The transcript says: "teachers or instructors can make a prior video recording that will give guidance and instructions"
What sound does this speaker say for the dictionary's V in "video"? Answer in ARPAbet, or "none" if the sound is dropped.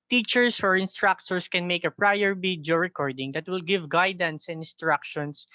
B